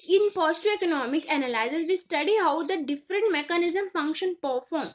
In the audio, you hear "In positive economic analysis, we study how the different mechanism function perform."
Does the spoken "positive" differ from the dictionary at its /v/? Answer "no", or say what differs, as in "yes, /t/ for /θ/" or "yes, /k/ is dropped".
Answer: yes, /v/ is dropped